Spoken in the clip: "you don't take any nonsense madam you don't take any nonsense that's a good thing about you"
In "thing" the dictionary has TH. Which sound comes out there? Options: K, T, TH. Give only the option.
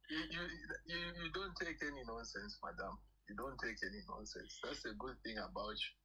TH